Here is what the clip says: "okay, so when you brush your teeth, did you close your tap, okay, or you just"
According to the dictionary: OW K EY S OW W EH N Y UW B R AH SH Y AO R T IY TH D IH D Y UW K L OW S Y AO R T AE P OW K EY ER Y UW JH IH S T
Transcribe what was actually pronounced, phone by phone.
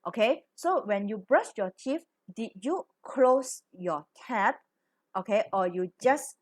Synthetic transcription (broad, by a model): OW K EY S OW W EH N Y UW B R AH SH Y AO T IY F D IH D Y UW K L OW S Y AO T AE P OW K EY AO Y UW JH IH S